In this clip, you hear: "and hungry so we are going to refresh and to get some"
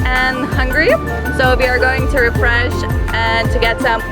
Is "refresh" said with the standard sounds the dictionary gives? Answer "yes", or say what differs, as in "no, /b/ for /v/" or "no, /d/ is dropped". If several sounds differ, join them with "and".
yes